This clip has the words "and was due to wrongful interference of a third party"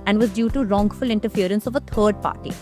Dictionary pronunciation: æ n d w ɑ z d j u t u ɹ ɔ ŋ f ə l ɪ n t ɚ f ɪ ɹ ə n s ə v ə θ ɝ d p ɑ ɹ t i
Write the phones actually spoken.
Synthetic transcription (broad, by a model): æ n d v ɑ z d j u t u ɹ ɔ ŋ f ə l ɪ n t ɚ f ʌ ɹ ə n s ə v ə t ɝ d p ɑ ɹ t i